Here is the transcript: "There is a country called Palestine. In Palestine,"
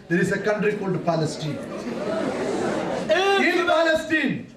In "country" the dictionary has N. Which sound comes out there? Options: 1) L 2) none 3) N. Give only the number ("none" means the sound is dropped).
3